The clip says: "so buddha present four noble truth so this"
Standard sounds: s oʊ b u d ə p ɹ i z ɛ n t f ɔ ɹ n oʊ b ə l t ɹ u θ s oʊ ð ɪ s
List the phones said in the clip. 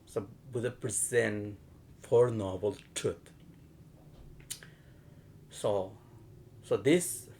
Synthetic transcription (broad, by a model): s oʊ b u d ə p ɹ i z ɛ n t f ɔ ɹ n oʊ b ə l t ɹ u s s oʊ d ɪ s